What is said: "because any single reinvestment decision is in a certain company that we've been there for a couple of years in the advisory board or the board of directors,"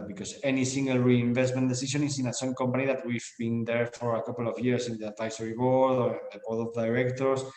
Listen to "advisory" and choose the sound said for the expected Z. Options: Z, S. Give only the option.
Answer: S